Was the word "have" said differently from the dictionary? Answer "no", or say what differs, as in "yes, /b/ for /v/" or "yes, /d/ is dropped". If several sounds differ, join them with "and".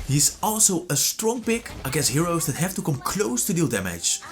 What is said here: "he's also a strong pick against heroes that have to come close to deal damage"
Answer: yes, /f/ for /v/